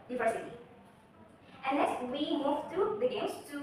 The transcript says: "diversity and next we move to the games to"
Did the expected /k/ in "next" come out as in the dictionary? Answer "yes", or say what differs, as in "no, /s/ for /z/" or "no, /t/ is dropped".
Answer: no, /k/ is dropped